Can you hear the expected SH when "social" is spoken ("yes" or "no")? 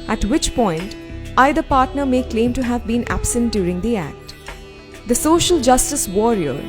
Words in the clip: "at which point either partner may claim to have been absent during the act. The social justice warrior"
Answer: yes